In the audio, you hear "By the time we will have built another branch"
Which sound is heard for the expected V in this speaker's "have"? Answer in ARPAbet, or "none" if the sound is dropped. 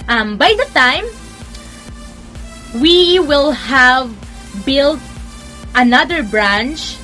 V